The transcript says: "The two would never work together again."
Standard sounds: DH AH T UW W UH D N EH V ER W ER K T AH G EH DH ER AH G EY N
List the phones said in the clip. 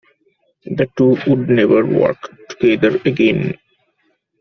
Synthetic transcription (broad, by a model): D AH T UW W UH D N EH V ER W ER K T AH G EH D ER AH G EY N